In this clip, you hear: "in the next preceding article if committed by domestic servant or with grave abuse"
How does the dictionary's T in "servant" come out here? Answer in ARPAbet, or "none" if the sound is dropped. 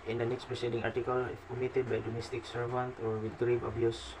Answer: T